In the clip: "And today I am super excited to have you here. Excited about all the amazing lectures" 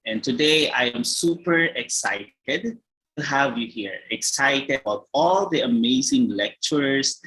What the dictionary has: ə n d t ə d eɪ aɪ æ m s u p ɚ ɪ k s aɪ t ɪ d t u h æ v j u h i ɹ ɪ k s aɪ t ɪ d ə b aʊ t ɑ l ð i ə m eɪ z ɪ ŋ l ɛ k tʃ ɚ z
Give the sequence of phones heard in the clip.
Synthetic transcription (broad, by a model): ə n t ə d eɪ aɪ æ m s u p ɚ ɪ k s aɪ t ɪ d t u h æ v j u h i ɹ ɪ k s aɪ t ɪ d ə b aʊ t ɑ l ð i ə m eɪ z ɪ ŋ l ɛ k tʃ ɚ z